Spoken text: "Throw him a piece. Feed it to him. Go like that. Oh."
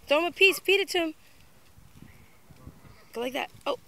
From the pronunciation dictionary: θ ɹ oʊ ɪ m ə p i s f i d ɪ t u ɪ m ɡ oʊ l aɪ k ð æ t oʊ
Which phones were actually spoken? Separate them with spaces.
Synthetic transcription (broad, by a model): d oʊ ɪ m ə p i s p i d ɪ t u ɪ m ɡ oʊ l aɪ k ð æ t oʊ